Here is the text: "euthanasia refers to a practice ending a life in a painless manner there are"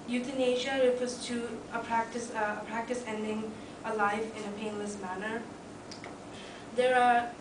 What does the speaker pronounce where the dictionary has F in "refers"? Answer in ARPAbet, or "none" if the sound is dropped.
P